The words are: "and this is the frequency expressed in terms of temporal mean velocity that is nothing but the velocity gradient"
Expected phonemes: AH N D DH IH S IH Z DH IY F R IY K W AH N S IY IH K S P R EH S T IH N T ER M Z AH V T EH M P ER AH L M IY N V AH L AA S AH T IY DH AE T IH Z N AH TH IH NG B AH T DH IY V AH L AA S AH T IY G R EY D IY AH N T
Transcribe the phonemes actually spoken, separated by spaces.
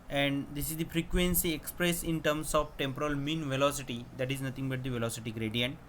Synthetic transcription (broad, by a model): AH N D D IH S IH Z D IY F R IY K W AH N S IY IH K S P R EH S IH N T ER M S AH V T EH M P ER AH L M IY N V AH L AA S AH T IY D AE T IH Z N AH T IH NG B AH T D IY V AH L AA S AH T IY G R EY D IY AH N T